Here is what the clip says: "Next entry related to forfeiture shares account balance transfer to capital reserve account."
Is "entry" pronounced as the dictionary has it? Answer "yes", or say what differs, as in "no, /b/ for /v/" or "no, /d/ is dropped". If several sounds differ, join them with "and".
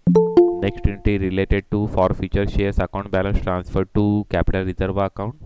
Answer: no, /ɹ/ is dropped